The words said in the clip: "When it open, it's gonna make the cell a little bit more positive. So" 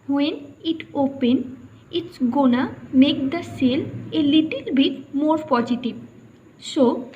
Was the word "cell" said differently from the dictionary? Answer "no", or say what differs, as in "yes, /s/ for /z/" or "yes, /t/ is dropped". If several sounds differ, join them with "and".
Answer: no